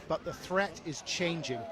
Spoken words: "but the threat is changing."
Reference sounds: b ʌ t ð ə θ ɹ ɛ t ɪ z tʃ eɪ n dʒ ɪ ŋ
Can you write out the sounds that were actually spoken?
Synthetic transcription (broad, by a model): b ʌ t ð ə θ ɹ ɛ t ɪ z tʃ eɪ n dʒ ɪ ŋ